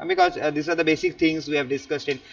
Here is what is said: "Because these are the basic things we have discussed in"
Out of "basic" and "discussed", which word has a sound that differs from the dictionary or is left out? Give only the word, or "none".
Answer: none